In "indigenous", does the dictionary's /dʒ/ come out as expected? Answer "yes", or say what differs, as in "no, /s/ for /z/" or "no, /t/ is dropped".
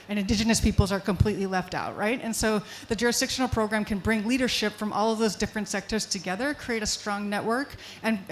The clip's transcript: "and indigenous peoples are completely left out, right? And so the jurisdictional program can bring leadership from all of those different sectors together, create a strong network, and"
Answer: yes